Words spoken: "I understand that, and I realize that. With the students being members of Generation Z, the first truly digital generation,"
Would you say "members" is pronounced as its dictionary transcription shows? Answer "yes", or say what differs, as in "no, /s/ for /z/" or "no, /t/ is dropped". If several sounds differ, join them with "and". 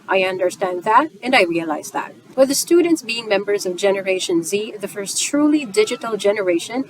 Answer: yes